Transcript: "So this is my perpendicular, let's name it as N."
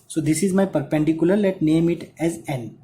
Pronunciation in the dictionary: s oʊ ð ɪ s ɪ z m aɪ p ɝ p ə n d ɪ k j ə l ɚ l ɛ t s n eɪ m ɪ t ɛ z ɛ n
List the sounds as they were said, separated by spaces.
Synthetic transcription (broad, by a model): s oʊ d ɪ s ɪ z m aɪ p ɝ p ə n d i k j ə l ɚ l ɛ t n eɪ m ɪ t ɛ z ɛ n